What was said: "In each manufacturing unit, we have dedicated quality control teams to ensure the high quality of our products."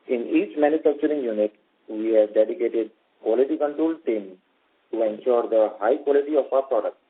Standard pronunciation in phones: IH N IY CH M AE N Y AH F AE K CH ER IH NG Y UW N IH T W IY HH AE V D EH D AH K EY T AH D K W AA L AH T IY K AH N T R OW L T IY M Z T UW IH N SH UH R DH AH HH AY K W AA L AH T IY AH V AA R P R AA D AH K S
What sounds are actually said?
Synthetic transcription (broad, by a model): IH N IY CH M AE N Y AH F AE K CH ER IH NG Y UW N IH T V IY HH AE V D EH D AH K EY T AH D K W AA L AH T IY K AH N T R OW L T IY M T UW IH N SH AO R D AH HH AY K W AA L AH T IY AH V AA R P R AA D AH K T